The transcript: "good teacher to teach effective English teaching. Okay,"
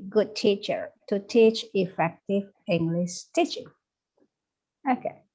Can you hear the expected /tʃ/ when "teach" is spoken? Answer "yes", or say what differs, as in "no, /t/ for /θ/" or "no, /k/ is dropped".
yes